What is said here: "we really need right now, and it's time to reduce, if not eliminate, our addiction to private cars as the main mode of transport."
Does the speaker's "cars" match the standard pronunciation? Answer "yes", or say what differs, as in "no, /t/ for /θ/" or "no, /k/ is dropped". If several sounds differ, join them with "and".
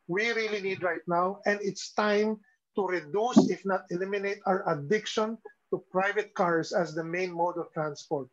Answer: no, /s/ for /z/